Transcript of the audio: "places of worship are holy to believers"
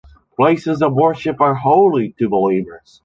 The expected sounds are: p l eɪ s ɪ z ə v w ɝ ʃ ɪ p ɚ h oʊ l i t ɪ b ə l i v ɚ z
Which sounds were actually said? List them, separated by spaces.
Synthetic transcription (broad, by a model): p l eɪ s ɪ z ə v w ɝ ʃ ɪ p ɚ h oʊ l i t ɪ b ə l i v ɚ z